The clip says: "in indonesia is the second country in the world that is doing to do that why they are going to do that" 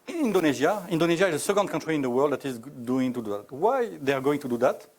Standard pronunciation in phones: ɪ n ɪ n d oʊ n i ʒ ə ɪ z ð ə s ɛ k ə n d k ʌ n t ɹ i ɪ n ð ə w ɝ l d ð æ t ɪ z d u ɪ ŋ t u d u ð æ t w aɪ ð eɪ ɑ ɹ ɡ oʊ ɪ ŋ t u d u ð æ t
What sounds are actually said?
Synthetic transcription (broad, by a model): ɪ n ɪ n d oʊ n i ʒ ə ɪ z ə s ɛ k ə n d k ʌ n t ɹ i ɪ n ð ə w ɝ l d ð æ t ɪ z d u ɪ ŋ t u d u ð æ t w aɪ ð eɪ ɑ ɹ ɡ oʊ ɪ ŋ t u d u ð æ t